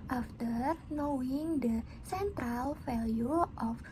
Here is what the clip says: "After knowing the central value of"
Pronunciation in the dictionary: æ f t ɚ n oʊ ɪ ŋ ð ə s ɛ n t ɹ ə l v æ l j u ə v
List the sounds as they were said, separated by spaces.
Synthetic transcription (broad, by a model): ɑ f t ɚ n oʊ ɪ ŋ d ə s ɛ n t ɹ ə l f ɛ l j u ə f